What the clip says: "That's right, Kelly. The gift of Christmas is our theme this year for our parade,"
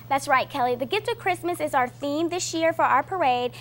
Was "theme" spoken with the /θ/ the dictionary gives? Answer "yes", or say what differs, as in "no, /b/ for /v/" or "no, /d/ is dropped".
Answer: yes